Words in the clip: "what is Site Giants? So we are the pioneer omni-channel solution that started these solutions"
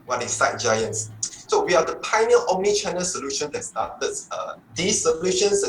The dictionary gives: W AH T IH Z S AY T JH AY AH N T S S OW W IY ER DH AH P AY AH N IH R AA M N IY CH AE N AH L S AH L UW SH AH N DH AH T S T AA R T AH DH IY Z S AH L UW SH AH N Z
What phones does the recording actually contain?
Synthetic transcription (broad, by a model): W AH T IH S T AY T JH AY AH N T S S OW W IY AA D AH P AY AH N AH L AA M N IY CH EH N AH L S AH L UW SH AH N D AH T S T AA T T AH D IY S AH L UW SH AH N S